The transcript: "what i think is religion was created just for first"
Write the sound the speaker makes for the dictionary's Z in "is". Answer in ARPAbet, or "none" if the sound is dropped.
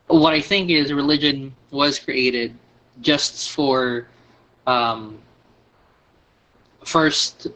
Z